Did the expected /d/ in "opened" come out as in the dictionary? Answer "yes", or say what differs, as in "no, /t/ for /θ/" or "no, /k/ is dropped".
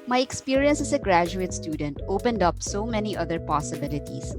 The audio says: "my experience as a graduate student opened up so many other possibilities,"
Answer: yes